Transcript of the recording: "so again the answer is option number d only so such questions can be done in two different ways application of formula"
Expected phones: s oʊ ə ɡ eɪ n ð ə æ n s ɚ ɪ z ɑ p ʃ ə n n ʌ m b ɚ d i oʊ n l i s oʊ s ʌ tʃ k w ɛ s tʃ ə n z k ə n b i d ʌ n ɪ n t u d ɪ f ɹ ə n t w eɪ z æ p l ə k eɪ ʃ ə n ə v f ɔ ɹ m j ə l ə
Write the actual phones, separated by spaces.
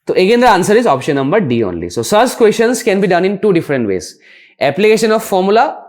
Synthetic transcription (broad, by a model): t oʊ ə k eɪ n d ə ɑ n s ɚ ɪ z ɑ p ʃ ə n n ʌ m b ɚ d i oʊ n l i s oʊ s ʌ s k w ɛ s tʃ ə n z k ə n b i d ʌ n ɪ n t u d ɪ f ɹ ə n t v eɪ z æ p l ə k eɪ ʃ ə n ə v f ɔ ɹ m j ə l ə